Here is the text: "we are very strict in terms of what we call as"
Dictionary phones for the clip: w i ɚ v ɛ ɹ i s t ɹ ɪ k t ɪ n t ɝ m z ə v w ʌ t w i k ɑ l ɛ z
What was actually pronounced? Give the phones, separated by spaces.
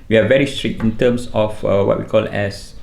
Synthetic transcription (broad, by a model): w i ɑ v ɛ ɹ i s t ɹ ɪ k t ɪ n t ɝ m s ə f w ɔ t w i k ɑ l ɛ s